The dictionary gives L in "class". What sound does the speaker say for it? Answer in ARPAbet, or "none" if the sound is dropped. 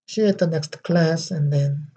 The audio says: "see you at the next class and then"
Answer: L